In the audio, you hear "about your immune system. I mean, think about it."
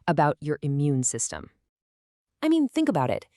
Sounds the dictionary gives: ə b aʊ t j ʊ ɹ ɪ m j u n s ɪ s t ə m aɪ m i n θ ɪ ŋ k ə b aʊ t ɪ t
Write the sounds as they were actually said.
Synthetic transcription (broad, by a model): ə b aʊ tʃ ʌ ɹ ɪ m j u n s ɪ s t ə m aɪ m i n θ ɪ ŋ k ə b aʊ t ɪ t